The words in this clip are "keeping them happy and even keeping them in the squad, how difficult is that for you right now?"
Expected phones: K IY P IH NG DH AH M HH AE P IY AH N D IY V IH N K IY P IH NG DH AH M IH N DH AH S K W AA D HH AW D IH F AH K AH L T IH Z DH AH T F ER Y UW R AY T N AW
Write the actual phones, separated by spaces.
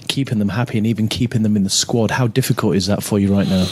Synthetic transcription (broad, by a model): K IY P IH NG DH AH M HH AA P IY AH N IY V IH N K IY P IH NG DH AH M IH N DH AH S K W AA D HH AW D IH F AH K AH L T IH Z DH AH T F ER Y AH R AY T N AW